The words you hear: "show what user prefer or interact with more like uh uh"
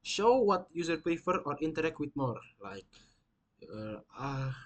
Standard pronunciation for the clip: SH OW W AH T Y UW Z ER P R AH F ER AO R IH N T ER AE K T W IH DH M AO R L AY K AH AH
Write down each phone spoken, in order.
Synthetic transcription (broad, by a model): SH OW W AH T Y UW Z ER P AH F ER AO R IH N T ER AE K T W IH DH M AO R L AY K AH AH